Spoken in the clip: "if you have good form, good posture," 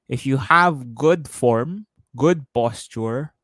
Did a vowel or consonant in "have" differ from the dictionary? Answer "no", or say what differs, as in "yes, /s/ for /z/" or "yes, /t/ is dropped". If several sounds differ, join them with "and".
no